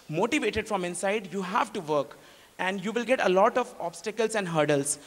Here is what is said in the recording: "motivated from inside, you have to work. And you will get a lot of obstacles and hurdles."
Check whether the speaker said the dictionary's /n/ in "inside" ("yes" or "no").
yes